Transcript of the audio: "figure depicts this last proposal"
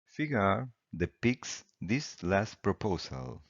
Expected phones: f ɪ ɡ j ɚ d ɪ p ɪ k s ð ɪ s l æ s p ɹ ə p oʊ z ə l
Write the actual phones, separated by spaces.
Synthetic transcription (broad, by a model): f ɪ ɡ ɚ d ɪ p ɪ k s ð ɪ s l æ s p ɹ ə p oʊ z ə l